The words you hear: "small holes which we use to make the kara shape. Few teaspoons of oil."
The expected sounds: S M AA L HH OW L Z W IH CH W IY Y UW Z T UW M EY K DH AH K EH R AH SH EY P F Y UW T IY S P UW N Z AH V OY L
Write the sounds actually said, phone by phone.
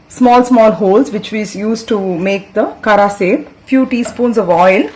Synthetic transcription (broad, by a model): S M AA L HH OW L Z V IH CH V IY Y UW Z T UW M EY K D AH K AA R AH S EY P F Y UW T IY S P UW N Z AH V OY L